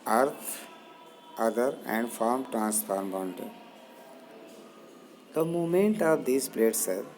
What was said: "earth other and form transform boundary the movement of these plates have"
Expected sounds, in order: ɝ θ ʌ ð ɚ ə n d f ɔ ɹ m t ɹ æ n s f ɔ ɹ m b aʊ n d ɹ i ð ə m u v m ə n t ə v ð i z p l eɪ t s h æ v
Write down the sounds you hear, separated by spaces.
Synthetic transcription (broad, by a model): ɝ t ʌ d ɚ ə n d f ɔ ɹ m t ɹ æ n s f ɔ ɹ m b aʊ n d i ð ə m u m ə n t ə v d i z p l eɪ t s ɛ